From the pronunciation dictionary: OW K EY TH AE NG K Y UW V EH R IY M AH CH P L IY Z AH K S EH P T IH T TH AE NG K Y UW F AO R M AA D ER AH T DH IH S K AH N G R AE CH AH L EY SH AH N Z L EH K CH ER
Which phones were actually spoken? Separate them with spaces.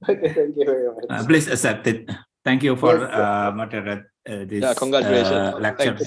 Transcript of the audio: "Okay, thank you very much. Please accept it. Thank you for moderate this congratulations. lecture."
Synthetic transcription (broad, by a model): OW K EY T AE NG K Y UW V EH R IY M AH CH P L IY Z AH S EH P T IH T T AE NG K Y UW F AO R M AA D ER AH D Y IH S K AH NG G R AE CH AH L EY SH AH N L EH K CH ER